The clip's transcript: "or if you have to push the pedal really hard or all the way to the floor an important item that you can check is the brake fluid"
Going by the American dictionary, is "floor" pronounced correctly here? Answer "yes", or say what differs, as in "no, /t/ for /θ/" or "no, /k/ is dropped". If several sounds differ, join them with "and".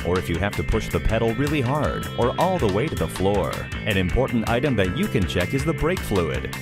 yes